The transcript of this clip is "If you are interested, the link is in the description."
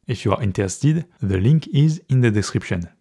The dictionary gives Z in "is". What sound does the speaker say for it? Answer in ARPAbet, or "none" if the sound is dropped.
Z